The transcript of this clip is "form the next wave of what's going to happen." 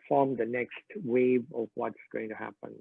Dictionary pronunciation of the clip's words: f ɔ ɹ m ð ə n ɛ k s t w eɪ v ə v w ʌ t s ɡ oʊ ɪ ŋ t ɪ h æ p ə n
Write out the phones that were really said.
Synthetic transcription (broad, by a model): f ɔ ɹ m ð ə n ɛ k s t w eɪ v ə v w ʌ t s ɡ oʊ ɪ ŋ t ɪ h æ p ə n